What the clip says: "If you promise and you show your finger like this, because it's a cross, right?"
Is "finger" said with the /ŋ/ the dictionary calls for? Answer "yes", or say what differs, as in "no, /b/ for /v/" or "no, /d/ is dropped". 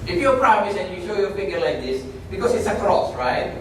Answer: no, /ŋ/ is dropped